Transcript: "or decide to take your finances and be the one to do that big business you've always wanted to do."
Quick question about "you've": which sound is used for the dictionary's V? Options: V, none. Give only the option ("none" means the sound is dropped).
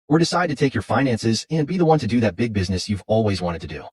V